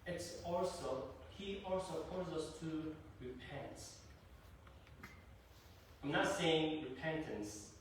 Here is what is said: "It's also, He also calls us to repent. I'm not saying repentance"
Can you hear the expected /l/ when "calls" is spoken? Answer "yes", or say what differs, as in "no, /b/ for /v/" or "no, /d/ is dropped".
no, /l/ is dropped